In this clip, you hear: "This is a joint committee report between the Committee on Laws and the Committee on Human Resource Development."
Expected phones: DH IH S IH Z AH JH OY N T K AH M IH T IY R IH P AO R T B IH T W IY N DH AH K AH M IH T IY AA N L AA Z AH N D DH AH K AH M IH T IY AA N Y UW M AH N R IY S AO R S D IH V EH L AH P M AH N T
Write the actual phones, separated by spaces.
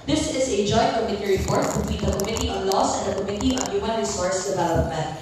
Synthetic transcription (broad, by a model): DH IH S IH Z AH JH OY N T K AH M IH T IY R IH P AO R T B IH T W IY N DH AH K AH M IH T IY AA N L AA S AH N D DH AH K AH M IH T IY AA N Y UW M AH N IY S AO R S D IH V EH L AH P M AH N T